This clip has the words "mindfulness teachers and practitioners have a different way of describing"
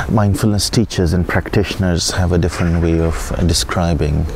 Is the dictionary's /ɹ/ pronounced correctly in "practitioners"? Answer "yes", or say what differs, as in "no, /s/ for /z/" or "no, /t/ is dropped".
yes